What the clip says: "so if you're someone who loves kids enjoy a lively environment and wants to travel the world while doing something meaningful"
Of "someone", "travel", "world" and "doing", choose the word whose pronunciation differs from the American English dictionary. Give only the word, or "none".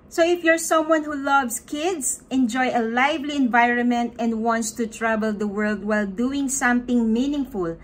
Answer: travel